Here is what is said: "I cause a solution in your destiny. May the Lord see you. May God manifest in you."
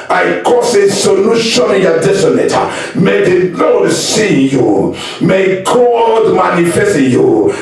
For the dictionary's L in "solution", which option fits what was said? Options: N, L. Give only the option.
N